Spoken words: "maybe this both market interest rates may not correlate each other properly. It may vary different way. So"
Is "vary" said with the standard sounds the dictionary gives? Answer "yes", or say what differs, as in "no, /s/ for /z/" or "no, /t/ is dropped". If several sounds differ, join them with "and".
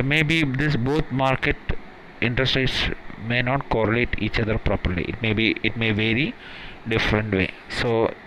yes